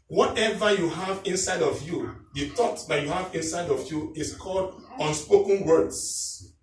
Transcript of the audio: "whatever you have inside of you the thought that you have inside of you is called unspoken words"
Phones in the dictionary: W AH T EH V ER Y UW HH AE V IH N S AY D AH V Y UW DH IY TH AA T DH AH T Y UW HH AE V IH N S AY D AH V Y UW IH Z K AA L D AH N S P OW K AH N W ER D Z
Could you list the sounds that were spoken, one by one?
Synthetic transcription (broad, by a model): W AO T EH V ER Y UW HH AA V IH N S AY D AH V Y UW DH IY T AA T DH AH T Y UW HH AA V IH N S AY D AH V Y UW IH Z K AA L D AH N S P OW K AH N W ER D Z